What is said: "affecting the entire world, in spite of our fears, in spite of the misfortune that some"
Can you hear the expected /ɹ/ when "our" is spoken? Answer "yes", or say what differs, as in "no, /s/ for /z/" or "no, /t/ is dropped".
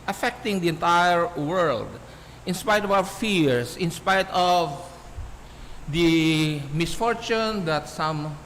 no, /w/ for /ɹ/